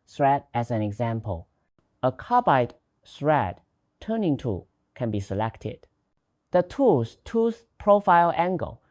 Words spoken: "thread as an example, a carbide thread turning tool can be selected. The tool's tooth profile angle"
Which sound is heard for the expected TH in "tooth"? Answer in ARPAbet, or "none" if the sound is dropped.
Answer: S